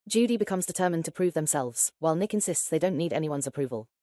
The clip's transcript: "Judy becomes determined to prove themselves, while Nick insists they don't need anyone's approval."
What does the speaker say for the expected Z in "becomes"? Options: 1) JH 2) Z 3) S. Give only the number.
2